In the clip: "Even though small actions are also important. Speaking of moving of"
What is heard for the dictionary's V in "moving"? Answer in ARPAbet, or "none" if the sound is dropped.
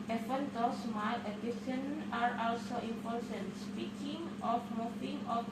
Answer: F